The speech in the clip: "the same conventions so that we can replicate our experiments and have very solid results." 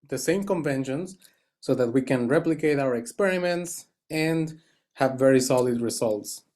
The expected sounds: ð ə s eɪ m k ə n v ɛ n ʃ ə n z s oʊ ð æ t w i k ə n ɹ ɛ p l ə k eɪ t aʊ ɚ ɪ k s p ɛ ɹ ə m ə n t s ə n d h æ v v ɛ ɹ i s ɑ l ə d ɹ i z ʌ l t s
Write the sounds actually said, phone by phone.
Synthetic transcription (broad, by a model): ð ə s eɪ m k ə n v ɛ n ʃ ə n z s oʊ ð æ t w i k ə n ɹ ɛ p l ə k eɪ t aʊ ɚ ɪ k s p ɛ ɹ ə m ə n t s ə n d h æ v v ɛ ɹ i s ɑ l ə d ɹ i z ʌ l t s